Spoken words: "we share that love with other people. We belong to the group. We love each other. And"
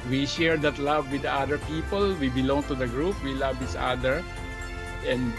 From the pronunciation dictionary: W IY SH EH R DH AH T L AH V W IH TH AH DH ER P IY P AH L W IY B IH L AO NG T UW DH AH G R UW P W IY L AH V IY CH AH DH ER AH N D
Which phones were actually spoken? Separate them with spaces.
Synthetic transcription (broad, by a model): W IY SH EH R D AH T L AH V W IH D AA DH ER P IY P AH L W IY B IH L AO NG T UW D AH G R UW P W IY L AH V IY S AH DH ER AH N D